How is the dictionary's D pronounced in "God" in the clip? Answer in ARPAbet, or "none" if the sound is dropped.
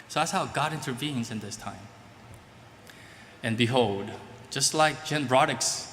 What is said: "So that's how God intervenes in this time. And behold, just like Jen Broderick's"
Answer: D